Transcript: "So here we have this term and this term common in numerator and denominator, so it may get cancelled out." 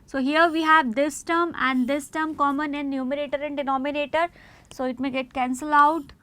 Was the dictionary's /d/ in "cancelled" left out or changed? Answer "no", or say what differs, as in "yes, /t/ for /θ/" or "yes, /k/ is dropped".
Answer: yes, /d/ is dropped